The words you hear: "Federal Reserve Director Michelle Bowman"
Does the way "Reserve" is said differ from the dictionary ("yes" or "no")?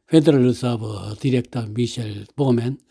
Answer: yes